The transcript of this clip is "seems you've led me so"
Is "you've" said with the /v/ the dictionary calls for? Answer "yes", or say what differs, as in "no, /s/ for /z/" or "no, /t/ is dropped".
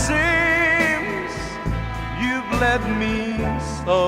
yes